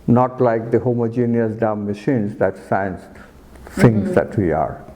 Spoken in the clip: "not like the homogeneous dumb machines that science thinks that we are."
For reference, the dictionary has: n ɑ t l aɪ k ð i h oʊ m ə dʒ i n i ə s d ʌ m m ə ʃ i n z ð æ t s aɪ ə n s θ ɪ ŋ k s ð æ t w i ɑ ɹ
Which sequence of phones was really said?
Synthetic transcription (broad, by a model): n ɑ t l aɪ k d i h oʊ m ə dʒ i n i ə s d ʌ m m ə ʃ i n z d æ t s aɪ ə n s t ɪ ŋ s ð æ t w i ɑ ɹ